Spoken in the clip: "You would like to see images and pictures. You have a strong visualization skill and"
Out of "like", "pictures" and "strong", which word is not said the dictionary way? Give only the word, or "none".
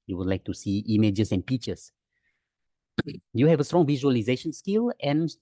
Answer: pictures